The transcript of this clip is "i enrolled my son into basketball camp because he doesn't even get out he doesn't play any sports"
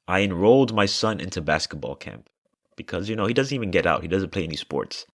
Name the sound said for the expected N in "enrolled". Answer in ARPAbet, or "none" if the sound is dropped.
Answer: N